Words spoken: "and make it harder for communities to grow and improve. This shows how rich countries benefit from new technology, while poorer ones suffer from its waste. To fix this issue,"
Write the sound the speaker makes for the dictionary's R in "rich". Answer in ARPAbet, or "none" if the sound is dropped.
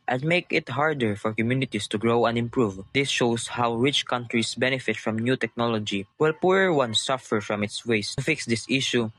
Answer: R